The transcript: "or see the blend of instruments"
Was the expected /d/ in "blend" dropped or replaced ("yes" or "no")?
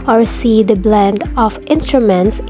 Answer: no